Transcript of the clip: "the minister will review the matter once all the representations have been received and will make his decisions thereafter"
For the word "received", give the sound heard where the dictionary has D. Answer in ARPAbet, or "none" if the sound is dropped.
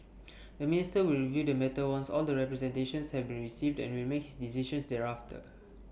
D